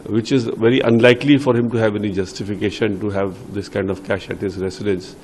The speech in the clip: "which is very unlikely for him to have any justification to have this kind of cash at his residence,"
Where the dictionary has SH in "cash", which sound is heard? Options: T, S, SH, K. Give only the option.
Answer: SH